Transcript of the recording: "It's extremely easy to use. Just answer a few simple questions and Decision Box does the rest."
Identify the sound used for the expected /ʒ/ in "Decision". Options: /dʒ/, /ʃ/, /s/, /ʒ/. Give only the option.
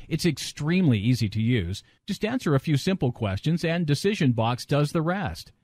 /ʒ/